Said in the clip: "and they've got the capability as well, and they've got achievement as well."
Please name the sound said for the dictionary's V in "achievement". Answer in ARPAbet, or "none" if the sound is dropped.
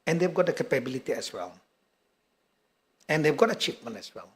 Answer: P